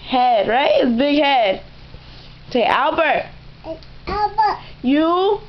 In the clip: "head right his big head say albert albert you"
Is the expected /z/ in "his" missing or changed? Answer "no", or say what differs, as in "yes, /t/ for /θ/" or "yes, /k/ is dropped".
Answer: yes, /s/ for /z/